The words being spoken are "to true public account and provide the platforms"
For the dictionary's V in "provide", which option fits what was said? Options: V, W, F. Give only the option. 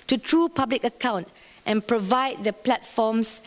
V